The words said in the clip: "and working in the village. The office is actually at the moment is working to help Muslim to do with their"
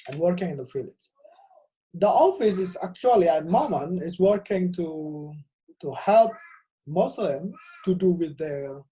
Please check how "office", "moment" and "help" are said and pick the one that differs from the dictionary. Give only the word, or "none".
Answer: moment